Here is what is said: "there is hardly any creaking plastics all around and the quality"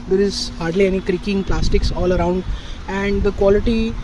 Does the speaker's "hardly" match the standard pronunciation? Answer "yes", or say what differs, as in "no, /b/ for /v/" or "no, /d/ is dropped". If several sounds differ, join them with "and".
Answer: yes